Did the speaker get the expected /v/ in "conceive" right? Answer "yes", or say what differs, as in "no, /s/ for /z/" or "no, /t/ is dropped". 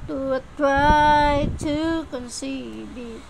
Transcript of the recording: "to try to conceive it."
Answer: no, /b/ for /v/